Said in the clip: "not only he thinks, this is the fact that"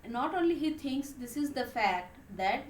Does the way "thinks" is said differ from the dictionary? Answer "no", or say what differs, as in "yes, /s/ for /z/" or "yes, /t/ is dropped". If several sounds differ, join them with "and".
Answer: yes, /t/ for /θ/